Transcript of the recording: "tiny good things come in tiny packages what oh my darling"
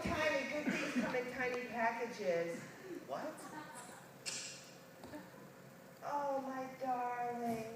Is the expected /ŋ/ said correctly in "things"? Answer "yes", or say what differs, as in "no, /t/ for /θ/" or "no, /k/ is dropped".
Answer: no, /ŋ/ is dropped